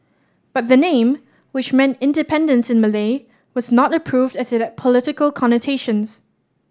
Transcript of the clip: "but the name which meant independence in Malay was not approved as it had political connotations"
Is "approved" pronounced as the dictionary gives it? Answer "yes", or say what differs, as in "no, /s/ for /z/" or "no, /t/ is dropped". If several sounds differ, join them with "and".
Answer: yes